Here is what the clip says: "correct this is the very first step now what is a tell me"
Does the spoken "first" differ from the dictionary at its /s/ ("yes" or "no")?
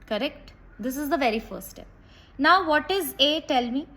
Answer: yes